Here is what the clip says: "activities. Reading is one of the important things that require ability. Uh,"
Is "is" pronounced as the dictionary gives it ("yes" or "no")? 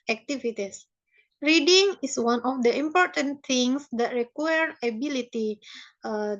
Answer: no